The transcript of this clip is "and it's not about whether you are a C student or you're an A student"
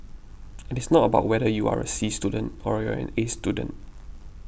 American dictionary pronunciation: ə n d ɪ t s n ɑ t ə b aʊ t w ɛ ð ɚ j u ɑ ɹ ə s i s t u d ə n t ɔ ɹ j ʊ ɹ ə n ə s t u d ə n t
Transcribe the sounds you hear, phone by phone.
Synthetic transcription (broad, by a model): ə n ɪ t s n ɑ t ə b aʊ t w ɛ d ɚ j u ɑ ɹ ə s i s t u d ə n t ɔ ɹ j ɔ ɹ ə n ə s t u d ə n t